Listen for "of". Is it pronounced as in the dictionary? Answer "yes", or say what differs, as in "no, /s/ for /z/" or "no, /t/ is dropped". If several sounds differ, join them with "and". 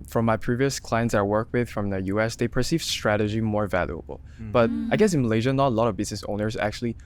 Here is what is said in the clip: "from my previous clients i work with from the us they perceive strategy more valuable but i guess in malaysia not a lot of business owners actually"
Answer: yes